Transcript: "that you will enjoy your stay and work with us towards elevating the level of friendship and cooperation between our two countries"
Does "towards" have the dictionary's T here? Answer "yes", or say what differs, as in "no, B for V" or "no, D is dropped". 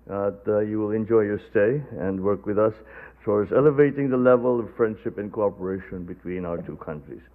no, S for T